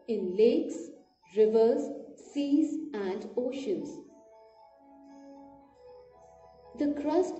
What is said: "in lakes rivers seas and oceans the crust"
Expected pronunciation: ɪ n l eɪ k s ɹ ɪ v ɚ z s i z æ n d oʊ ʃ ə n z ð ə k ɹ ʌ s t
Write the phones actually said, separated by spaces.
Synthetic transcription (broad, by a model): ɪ n l eɪ k s ɹ ɪ v ɚ z s i z æ n d oʊ ʃ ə n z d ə k ɹ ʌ s t